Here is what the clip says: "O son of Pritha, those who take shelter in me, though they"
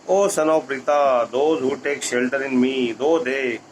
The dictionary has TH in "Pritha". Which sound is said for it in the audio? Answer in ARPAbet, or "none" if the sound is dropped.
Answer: T